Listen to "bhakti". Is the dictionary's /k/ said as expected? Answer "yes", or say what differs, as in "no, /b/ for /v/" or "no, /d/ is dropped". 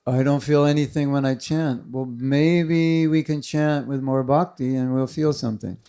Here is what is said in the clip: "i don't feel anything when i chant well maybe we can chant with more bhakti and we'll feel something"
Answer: yes